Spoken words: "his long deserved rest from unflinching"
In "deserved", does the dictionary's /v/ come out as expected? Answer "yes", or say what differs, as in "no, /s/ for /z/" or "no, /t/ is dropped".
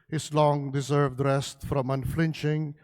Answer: yes